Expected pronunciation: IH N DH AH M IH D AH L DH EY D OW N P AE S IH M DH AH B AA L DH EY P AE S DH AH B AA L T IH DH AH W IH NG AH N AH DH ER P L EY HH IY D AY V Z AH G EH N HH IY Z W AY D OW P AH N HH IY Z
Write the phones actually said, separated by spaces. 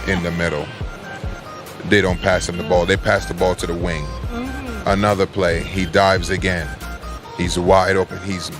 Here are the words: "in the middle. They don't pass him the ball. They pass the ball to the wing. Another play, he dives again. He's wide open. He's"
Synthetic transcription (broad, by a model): IH N DH AH M IH D L DH EY D OW N P AE S IH M DH AH B AA L DH EY P AE S DH AH B AA L T IH DH AH W IH NG AH N AH DH ER P L EY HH IY D AY V Z AH G EH N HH IY Z W AY D OW P AH N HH IY Z